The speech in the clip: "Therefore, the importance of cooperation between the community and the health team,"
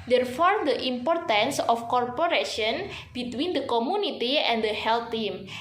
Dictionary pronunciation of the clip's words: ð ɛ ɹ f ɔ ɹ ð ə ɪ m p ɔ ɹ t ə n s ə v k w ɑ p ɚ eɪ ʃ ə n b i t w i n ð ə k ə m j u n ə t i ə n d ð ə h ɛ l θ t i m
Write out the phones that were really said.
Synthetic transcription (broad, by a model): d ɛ ɹ f ɔ ɹ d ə ɪ m p ɔ ɹ t ə n s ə f k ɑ p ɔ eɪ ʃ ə n b i t w i n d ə k ə m j u n ə t i ə n d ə h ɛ l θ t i m